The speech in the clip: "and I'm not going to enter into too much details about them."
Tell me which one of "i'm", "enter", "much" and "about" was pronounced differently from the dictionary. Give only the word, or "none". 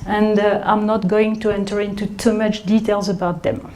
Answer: none